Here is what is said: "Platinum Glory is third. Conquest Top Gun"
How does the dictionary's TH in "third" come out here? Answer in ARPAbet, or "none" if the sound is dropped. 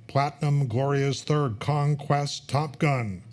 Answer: TH